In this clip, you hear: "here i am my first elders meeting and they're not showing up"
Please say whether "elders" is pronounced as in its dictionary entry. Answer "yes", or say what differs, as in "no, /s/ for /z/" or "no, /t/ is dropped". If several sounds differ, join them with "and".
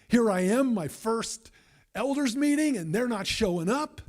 yes